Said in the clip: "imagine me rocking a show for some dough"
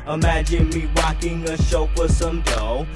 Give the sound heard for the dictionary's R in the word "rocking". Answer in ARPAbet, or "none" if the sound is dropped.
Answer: W